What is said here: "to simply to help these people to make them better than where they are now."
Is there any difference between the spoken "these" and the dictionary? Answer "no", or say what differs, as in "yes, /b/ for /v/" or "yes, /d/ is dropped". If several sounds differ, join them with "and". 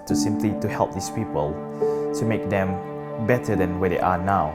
yes, /s/ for /z/